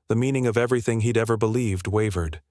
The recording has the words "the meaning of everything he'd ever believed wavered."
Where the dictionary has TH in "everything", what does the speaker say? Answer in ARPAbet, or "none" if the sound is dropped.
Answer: TH